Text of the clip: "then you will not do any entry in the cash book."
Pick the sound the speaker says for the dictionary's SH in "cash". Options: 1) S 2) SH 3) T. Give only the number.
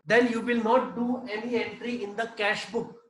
2